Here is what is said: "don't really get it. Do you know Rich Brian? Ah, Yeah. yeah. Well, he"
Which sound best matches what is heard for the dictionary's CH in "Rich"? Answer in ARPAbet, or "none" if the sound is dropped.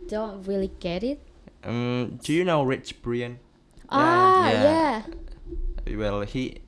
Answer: CH